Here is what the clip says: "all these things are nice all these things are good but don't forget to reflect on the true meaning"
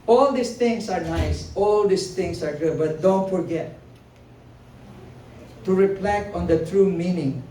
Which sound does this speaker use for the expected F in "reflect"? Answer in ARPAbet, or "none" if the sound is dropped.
P